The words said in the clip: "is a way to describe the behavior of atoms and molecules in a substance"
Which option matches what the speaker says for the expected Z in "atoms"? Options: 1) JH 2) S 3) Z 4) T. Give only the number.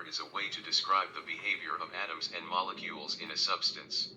3